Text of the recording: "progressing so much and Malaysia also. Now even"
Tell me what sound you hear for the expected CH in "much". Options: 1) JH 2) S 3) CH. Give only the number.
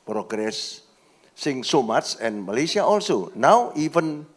2